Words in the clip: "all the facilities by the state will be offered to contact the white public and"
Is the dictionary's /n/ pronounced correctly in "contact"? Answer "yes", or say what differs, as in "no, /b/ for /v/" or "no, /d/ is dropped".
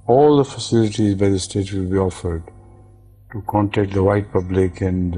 yes